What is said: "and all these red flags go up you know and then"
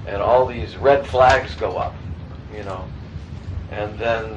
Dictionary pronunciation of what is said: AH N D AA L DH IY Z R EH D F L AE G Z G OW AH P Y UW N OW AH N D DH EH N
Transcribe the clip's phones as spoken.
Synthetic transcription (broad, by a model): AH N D AA L DH IY Z R EH D F L AE G Z G OW AH P Y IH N OW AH N DH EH N